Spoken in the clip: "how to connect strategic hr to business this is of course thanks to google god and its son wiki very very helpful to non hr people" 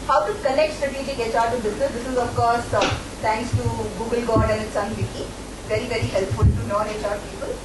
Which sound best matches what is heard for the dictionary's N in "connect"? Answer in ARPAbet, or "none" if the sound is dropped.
L